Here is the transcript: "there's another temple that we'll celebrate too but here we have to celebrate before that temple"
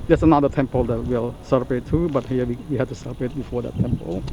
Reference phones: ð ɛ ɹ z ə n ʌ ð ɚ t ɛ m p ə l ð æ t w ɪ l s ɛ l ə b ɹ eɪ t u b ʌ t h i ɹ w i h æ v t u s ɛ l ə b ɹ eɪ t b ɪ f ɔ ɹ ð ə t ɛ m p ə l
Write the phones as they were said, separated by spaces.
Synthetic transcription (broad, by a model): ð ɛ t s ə n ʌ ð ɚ t ɛ m p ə l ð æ t w ɪ l s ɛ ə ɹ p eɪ t u b ʌ t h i w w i h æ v t u s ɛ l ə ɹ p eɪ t b ɪ f ɔ ɹ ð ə t ɛ m p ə l